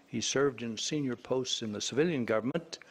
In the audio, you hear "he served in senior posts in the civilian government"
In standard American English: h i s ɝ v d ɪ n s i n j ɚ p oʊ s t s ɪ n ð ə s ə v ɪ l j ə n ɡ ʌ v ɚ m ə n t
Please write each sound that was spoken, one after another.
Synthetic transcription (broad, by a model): h i s ɝ v d ɪ n s i n j ɚ p oʊ s t s ɪ n ð ə s ə v ɪ l j ə n ɡ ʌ v ɚ m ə n t